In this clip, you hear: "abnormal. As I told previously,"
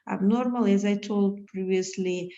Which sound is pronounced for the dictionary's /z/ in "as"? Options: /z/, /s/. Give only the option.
/z/